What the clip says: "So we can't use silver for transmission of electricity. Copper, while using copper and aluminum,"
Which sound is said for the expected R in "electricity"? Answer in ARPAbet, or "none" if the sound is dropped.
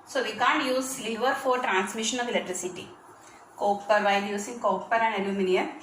R